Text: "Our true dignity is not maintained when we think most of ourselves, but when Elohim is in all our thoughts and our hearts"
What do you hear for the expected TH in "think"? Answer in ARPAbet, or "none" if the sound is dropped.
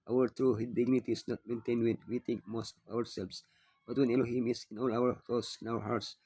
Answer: T